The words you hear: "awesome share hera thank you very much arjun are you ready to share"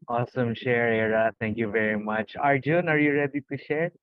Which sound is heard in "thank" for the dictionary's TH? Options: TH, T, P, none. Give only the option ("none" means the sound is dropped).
T